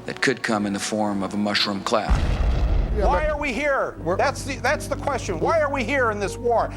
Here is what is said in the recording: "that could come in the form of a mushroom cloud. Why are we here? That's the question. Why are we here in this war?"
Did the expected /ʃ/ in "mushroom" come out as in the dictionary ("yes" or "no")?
yes